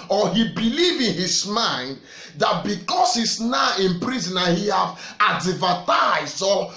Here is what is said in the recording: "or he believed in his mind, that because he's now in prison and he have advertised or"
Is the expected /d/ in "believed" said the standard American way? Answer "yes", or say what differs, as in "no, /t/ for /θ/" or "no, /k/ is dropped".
no, /d/ is dropped